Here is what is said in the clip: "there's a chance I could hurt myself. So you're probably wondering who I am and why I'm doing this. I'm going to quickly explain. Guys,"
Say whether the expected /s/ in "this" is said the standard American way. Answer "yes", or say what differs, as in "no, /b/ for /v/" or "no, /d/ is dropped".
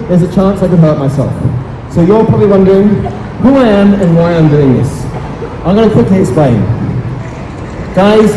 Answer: yes